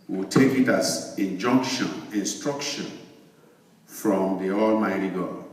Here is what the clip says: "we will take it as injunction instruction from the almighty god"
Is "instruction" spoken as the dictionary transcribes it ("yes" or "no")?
yes